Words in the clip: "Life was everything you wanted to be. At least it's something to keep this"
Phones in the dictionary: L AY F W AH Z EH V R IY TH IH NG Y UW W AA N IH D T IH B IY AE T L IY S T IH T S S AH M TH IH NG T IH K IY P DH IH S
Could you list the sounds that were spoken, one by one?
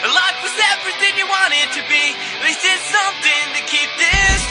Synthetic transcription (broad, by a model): L AY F W AH Z EH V R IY TH IH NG Y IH W AA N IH D T IH B IY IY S IH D S AH M TH IH NG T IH K IY P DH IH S